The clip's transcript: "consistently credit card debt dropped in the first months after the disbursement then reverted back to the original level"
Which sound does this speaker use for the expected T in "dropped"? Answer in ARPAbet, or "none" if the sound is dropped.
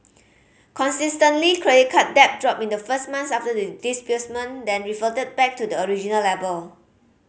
none